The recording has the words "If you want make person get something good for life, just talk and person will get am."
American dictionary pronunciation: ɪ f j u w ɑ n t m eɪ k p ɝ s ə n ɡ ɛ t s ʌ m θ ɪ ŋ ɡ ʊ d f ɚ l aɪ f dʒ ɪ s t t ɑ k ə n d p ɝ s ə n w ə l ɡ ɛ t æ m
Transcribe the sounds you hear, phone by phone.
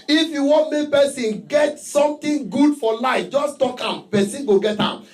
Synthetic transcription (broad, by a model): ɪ f j u w ɑ n t m eɪ k p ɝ s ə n ɡ ɛ t s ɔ m t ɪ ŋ ɡ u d f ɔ l aɪ f dʒ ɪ s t t ɑ k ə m p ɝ s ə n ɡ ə ɡ ɛ t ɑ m